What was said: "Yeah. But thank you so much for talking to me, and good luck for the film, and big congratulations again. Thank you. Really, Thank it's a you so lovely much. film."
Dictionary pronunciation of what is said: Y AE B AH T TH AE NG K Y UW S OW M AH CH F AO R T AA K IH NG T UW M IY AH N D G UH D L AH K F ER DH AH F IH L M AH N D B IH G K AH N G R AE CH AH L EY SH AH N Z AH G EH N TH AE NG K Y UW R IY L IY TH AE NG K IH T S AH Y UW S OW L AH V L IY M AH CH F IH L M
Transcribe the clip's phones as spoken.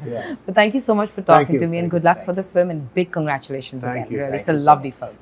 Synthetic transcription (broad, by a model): B AH T T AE NG K Y UW S OW M AH CH F AO R T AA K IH T UW M IY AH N G UH D L AH K F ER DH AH F IH L M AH N B IH G K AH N G R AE CH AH L EY SH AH N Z AH G EH N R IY IY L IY IH T S AH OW L AH V L IY F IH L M